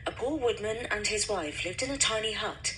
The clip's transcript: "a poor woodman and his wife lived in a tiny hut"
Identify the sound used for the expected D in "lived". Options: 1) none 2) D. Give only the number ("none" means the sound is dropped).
2